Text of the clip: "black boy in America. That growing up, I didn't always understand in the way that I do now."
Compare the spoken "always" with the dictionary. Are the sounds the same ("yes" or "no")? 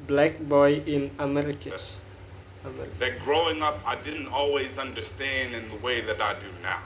yes